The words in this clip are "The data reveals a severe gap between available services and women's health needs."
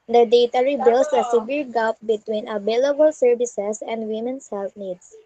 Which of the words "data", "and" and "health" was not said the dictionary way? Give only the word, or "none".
health